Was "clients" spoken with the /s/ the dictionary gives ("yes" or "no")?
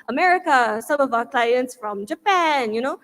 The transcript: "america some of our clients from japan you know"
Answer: yes